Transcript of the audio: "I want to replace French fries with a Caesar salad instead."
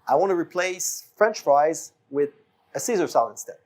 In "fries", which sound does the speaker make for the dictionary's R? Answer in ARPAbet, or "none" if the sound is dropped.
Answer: R